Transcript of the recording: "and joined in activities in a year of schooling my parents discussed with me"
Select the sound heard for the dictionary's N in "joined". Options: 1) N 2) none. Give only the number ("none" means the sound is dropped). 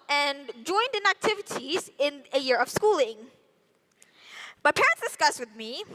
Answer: 1